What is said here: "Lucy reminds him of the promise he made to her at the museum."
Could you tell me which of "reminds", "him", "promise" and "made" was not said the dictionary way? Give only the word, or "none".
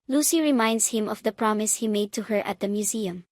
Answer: reminds